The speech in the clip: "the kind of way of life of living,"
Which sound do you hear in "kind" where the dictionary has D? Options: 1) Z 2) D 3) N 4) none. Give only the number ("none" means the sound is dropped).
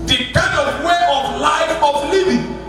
4